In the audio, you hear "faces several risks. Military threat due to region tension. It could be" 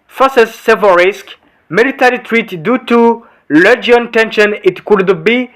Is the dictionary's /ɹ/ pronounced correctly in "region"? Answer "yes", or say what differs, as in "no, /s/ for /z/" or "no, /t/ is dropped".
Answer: no, /l/ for /ɹ/